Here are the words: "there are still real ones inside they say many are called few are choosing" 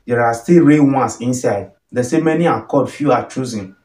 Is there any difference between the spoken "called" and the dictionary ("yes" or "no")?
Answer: yes